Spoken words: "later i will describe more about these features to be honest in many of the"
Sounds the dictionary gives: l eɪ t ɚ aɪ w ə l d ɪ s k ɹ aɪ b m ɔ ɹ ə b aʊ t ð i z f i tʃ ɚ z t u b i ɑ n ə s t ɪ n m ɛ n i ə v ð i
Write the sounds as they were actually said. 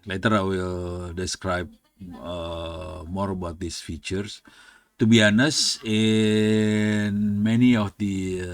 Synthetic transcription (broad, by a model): l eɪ t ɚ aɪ w ə l d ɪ s k ɹ aɪ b m ɔ ɹ ə b aʊ t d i s f i tʃ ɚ s t u b i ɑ n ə s ɪ n m ɛ n i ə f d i